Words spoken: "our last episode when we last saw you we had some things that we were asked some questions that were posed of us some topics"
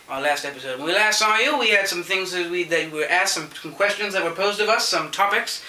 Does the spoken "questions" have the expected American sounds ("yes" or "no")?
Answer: yes